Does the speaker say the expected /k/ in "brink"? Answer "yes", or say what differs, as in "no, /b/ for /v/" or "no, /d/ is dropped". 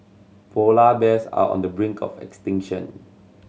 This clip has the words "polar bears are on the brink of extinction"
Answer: yes